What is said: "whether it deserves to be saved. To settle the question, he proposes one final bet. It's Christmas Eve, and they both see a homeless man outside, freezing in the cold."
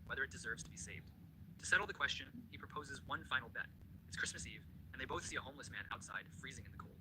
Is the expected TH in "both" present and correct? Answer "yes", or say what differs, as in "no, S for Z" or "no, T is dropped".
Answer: yes